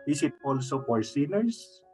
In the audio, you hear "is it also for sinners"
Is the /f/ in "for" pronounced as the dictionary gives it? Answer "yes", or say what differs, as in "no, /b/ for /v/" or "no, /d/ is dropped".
no, /p/ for /f/